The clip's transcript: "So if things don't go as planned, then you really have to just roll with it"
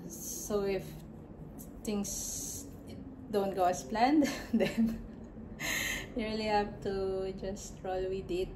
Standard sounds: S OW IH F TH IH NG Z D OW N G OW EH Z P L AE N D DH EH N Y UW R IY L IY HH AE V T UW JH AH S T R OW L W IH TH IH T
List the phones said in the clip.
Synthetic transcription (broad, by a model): S OW IH F T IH NG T D OW N G OW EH S P L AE N D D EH N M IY R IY L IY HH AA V T UW JH AH S T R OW L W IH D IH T